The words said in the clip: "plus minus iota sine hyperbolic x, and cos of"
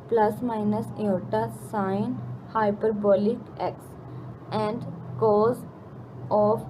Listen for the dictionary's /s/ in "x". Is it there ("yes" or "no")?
yes